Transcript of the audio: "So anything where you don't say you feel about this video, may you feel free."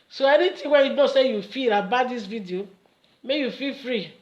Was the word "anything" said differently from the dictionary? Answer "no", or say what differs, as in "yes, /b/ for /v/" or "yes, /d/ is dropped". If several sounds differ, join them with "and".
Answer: yes, /t/ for /θ/